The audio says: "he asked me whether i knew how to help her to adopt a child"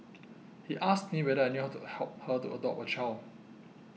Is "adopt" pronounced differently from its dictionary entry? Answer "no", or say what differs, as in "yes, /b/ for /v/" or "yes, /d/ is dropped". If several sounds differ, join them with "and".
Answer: yes, /t/ is dropped